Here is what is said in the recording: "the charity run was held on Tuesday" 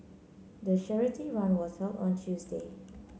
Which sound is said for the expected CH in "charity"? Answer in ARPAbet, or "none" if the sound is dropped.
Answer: SH